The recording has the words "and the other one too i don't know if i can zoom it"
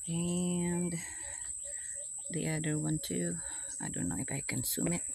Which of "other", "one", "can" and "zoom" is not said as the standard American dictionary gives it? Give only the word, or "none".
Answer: zoom